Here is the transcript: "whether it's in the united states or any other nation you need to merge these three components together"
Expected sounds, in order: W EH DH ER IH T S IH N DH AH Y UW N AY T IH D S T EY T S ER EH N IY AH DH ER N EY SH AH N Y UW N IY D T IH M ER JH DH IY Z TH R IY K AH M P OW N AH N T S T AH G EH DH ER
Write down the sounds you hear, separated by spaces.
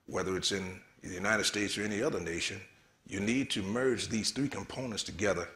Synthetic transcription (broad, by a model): W EH DH ER IH T S IH N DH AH Y UW N AY T IH D S T EY T S ER EH N IY AH DH ER N EY SH AH N Y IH N IY D T IH M ER JH DH IY Z TH R IY K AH M P OW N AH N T S T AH G EH DH ER